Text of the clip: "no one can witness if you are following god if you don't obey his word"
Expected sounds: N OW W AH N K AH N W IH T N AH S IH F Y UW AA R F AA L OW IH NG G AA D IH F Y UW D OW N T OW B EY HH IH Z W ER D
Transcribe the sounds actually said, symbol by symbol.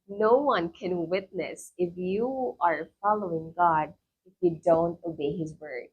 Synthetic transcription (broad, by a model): N OW W AH N K AH N W IH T N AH S IH F Y UW AA R F AA L OW IH NG G AA D IH F Y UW D OW N T OW B EY HH IH Z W ER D